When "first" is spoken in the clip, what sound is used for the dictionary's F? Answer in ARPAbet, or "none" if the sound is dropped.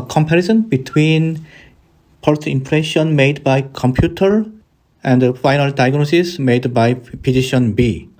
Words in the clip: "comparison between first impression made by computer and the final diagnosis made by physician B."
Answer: P